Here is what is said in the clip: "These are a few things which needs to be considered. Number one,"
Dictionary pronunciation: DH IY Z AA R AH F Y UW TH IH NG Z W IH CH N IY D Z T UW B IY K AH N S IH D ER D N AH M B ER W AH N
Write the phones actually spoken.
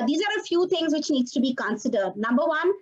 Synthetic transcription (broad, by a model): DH IY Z AA R AH F Y UW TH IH NG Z W IH CH N IY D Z T UW B IY K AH N S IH D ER D N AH M B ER W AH N